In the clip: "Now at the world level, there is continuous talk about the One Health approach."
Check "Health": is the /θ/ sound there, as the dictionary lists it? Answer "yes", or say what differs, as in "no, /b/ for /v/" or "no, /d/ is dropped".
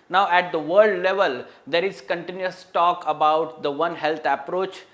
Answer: no, /t/ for /θ/